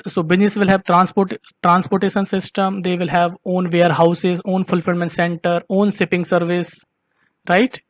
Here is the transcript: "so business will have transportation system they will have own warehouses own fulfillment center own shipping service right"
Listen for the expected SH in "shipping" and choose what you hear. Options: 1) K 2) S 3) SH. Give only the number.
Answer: 2